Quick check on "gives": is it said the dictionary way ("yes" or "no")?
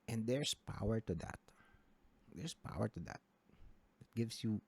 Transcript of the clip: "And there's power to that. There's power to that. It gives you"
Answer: no